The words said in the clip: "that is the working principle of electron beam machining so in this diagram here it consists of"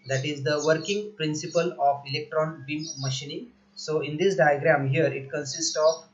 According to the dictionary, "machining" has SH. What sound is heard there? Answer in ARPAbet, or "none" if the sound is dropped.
SH